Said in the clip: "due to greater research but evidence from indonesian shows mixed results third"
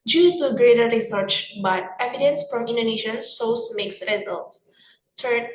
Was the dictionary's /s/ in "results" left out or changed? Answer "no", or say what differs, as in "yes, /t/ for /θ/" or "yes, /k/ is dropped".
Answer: no